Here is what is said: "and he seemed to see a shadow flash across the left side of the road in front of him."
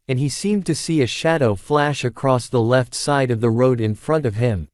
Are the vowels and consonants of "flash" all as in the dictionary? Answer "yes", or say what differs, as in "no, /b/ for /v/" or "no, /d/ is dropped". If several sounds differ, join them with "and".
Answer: yes